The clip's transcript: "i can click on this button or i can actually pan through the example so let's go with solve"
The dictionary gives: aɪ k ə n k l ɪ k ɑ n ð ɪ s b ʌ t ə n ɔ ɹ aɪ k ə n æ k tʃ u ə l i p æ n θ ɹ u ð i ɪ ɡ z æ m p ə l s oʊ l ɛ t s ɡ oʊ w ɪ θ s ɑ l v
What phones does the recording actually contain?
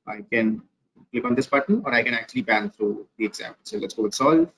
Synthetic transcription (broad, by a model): aɪ k ə n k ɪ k ɑ n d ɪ s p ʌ t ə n ɔ ɹ aɪ k ə n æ k tʃ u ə l i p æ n t ɹ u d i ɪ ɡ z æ p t s oʊ l ɛ t s ɡ oʊ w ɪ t s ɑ l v